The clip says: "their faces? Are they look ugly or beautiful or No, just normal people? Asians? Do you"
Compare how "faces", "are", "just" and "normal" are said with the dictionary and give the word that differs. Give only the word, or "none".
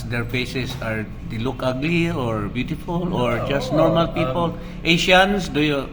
faces